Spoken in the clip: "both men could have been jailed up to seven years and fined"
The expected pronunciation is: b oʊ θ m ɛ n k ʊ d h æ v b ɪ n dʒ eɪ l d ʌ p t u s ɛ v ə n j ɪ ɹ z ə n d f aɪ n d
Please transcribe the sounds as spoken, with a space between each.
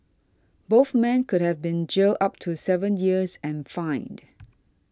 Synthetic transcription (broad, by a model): b oʊ θ m ɛ n k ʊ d h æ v b ɪ n dʒ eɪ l ʌ p t u s ɛ v ə n j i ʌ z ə n f aɪ n d